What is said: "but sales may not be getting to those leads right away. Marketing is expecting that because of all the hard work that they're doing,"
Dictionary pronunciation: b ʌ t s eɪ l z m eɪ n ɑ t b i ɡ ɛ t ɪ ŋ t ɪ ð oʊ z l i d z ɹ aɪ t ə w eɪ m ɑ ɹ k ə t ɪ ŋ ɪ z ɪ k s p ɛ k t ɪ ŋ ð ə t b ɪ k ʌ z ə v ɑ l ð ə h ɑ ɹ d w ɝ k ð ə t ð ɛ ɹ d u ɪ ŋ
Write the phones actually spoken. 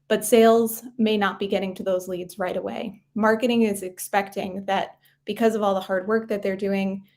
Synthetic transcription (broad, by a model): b ʌ t s eɪ l z m eɪ n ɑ t b i ɡ ɛ t ɪ ŋ t ɪ ð oʊ z l i d z ɹ aɪ t ə w eɪ m ɑ ɹ k ə t ɪ ŋ ɪ z ɪ k s p ɛ k t ɪ ŋ ð ə t b ɪ k ʌ z ə v ɑ l ð ə h ɑ ɹ d w ɝ k ð ə t ð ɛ ɹ d u ɪ ŋ